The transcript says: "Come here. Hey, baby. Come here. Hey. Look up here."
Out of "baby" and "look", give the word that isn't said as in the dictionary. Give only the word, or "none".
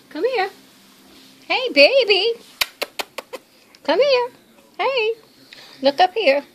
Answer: none